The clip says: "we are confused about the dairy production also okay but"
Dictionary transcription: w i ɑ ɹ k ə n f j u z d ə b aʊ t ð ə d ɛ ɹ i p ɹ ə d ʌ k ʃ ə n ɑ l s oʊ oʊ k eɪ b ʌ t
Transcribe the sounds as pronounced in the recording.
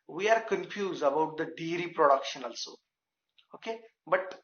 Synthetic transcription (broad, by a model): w i ɑ ɹ k ə n f j u z d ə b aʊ t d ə d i ɹ i p ɹ ə d ʌ k ʃ ə n ɑ l s oʊ oʊ k eɪ b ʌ t